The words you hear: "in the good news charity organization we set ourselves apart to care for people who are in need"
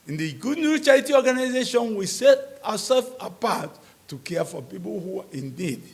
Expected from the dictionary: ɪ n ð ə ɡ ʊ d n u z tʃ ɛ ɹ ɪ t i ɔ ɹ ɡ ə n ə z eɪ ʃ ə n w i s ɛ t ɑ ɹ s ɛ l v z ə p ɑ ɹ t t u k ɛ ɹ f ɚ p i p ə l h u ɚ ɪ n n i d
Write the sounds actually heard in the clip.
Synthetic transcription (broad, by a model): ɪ n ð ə ɡ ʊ d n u tʃ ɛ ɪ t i ɔ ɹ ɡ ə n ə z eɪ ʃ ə n w i s ɛ t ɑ s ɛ l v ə p ɑ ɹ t t u k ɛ f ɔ p i p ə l h u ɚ ɪ n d i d